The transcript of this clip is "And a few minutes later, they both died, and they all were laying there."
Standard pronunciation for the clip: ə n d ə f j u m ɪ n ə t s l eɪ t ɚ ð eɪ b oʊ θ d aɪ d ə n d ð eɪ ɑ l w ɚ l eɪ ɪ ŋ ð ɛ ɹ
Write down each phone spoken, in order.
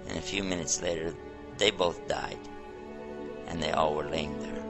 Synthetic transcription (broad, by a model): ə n ə f j u m ɪ n ə t s l eɪ t ɚ ð eɪ b oʊ θ d aɪ d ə n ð eɪ ɑ l w ɚ l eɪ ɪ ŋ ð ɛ ɹ